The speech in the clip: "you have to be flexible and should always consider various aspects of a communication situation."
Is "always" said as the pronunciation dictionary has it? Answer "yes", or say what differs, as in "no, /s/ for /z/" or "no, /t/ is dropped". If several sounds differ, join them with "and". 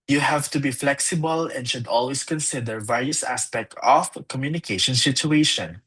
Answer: no, /s/ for /z/